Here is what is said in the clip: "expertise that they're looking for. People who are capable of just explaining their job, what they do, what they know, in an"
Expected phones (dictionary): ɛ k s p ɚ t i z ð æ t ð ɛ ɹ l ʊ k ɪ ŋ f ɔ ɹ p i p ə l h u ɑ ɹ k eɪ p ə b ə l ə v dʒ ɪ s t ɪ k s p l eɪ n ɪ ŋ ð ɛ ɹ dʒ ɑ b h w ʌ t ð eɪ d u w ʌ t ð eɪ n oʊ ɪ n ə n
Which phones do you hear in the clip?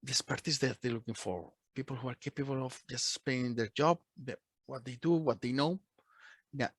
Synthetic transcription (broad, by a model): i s p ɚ t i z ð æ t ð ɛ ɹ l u k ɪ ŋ f ɔ ɹ p i p ə l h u ɑ ɹ k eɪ p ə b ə l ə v dʒ ɪ s t s p eɪ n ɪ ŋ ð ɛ ɹ dʒ ɑ b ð w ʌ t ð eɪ d u w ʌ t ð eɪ n oʊ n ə